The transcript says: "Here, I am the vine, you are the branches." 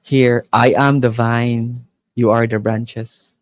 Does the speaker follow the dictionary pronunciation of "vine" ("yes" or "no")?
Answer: yes